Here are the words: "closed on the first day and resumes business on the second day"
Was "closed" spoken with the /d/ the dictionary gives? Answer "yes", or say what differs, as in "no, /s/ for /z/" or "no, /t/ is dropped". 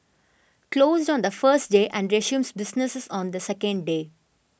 yes